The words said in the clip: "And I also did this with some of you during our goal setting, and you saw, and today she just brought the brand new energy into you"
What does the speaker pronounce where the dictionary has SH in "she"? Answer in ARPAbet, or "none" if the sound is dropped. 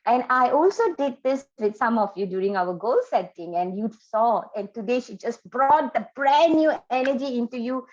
SH